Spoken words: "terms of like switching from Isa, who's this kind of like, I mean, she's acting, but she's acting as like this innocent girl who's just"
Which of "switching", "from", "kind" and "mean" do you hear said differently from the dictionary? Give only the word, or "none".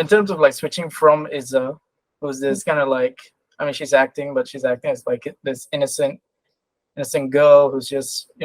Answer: none